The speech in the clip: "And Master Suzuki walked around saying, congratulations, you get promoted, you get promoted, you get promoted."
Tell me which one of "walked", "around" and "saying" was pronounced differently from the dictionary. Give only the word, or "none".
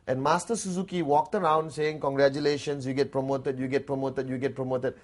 none